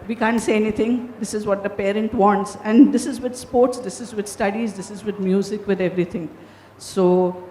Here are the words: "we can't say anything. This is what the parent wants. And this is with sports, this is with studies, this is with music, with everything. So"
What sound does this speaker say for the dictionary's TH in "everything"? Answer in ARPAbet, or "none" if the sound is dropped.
T